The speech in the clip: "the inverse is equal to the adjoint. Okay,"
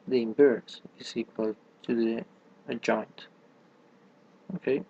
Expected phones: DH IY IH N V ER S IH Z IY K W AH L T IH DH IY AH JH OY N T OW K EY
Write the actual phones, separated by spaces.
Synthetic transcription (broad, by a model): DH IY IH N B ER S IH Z IY K W AH L T IH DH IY AH JH OY N T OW K EY